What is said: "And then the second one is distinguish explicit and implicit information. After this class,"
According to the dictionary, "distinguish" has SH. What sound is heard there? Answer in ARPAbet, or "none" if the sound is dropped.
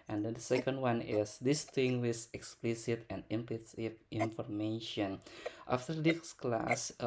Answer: S